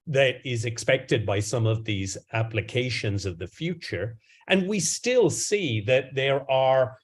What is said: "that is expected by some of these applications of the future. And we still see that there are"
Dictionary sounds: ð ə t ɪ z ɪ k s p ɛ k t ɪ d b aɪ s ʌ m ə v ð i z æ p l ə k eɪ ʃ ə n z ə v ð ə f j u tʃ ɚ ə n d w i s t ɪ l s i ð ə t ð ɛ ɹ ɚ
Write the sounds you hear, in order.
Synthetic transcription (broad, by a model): ð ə t ɪ z ɪ k s p ɛ k t ɪ d b aɪ s ʌ m ə v ð i z æ p l ə k eɪ ʃ ə n z ə v ð ə f j u tʃ ɚ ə n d w i s t ɪ l s i ð ə t ð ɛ ɹ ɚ